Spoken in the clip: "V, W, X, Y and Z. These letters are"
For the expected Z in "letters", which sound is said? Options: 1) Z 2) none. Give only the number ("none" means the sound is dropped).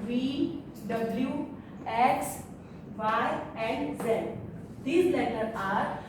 2